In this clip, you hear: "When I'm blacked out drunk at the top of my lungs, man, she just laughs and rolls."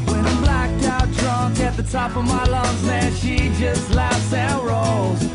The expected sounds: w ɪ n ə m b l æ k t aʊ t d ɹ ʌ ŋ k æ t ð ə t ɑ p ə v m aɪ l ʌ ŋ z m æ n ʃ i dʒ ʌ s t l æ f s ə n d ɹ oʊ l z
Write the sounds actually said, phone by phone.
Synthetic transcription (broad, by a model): w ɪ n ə b l æ k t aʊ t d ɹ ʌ ŋ k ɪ t ð ə t ɑ p ə v m aɪ l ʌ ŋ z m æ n ʃ i dʒ ʌ s t l æ f s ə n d ɹ oʊ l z